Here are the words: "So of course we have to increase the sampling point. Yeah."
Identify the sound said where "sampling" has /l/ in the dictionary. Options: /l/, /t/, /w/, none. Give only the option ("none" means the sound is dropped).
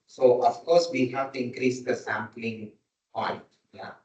/l/